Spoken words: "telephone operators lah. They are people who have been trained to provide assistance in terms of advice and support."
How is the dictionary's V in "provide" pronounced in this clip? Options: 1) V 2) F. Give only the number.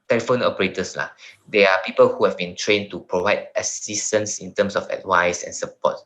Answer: 1